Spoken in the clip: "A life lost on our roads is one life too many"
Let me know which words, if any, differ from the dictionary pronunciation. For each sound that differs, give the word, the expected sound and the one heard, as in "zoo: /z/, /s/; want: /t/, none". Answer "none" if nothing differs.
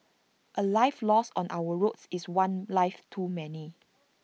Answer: lost: /t/, none; is: /z/, /s/